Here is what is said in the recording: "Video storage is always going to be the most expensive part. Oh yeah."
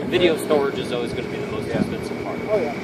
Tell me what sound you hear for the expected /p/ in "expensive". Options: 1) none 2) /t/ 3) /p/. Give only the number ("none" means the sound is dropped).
1